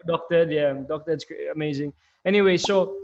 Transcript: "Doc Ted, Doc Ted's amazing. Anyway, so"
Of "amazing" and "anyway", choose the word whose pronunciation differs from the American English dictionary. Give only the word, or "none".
none